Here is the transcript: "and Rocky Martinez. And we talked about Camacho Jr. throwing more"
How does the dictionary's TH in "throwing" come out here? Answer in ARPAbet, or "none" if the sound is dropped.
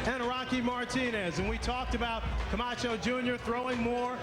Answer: TH